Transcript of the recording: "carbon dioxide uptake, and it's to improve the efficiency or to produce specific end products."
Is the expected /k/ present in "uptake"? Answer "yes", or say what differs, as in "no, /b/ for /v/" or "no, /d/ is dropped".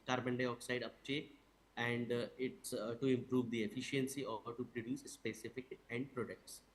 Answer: no, /k/ is dropped